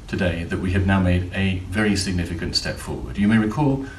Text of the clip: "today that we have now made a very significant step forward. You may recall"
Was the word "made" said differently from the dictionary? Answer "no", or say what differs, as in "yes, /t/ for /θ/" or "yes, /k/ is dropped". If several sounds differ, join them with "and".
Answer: no